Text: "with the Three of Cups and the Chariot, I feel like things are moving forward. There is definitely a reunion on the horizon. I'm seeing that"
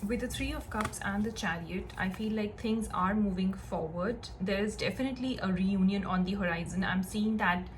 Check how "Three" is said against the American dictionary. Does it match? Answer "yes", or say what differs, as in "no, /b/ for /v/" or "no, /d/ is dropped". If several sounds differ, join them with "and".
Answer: no, /t/ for /θ/